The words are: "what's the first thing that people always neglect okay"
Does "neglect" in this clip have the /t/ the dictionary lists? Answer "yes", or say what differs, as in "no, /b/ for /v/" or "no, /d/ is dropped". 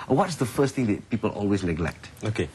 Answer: yes